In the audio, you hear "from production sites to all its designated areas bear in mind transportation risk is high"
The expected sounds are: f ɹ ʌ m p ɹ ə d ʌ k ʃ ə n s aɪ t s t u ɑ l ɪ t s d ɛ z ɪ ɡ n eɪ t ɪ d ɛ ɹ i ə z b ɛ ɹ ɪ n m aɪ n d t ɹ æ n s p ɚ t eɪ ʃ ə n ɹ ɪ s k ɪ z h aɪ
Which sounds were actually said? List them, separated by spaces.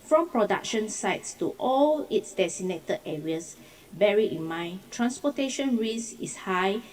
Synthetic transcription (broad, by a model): f ɹ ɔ m p ɹ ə d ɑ k ʃ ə n s aɪ t s t u ɑ l ɪ t s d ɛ s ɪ n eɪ t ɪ ɛ ɹ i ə s b ɛ ɹ ɪ n m aɪ n t ɹ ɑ n s p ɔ t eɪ ʃ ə n ɹ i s ɪ s h aɪ